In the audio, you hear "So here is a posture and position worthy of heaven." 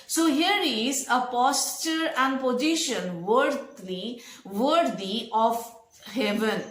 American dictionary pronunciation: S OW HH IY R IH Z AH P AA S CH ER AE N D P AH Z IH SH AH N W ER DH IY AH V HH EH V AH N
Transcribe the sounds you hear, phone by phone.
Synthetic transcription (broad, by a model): S OW HH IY R IH Z AH P AA S CH ER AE N D P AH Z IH SH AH N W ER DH IY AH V HH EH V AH N